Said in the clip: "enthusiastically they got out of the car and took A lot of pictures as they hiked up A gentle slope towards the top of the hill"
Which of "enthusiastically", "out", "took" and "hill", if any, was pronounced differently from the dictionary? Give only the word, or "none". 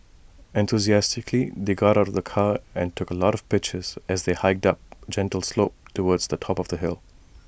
none